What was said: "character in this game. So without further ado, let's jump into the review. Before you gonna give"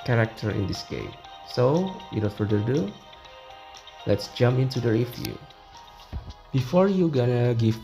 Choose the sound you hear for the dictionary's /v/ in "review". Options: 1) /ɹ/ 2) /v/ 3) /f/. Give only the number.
3